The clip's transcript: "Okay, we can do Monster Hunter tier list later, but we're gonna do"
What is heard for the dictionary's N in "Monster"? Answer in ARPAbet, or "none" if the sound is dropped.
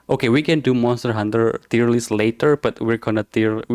none